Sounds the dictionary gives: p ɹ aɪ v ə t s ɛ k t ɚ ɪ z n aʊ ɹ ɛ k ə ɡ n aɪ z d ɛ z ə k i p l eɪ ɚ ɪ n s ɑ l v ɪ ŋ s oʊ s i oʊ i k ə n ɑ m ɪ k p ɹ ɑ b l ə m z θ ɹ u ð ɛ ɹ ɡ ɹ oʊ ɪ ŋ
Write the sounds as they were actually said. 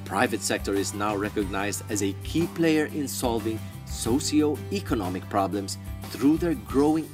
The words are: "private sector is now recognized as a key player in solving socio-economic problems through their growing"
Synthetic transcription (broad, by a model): p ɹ aɪ v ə t s ɛ k t ɚ ɪ z n aʊ ɹ ɛ k ə ɡ n aɪ z d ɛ z ə k i p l eɪ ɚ ɪ n s ɑ l v ɪ ŋ s oʊ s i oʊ i k ə n ɑ m ɪ k p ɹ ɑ b l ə m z θ ɹ u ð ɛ ɹ ɡ ɹ oʊ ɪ ŋ